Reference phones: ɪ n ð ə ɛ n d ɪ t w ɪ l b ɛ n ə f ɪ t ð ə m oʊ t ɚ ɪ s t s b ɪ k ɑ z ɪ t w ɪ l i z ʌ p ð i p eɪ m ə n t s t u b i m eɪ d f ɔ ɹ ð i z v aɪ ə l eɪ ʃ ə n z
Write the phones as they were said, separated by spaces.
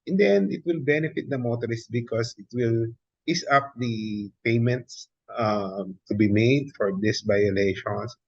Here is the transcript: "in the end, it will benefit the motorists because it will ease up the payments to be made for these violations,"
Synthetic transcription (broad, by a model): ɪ n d ɛ n d ɪ t w ɪ l b ɛ n ə f ɪ t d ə m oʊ t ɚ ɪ s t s b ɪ k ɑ s ɪ t w ɪ l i s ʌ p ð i p eɪ m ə n t s t u b i m eɪ d f ɔ ɹ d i s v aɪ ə l eɪ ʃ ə n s